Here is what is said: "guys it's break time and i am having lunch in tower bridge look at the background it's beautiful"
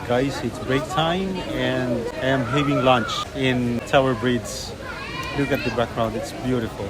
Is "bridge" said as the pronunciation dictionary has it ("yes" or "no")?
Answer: no